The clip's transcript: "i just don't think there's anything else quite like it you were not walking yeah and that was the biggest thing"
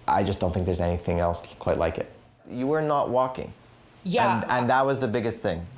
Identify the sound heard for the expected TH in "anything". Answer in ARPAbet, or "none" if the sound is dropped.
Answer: TH